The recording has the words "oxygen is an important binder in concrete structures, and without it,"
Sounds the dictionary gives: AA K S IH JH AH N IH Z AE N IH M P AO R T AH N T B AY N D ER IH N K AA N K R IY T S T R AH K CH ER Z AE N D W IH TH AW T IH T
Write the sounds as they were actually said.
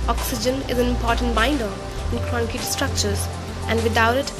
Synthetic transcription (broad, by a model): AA K S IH JH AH N IH Z AE N IH M P AO R T AH N T B AY N D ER IH N K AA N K IY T S T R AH K CH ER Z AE N D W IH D AW T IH T